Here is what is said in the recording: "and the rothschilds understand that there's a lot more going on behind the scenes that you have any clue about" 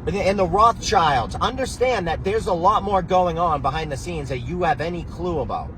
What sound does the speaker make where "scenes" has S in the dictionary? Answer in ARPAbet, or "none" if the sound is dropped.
S